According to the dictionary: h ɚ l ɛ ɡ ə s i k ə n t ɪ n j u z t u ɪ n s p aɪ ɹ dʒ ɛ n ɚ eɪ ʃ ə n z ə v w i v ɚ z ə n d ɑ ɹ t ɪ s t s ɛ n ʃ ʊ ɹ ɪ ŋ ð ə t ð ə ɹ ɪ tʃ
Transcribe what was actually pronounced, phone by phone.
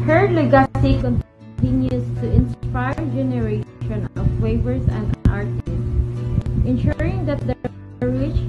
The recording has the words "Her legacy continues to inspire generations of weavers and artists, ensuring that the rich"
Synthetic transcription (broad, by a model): h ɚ l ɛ ɡ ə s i k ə n t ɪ n j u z t u ɪ n s p aɪ ɹ dʒ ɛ n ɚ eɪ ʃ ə n ə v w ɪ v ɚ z ə n d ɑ ɹ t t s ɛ n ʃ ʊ ɹ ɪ ŋ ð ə t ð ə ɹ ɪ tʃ